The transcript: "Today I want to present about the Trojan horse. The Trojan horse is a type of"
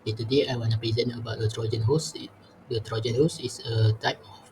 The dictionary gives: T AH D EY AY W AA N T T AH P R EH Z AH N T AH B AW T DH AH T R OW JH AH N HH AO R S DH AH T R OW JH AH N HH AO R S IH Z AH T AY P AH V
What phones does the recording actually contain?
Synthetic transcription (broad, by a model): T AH D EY AY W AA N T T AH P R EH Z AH N AH B AW T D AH T R OW JH AH N HH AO S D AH T R OW JH AH N HH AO S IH S AH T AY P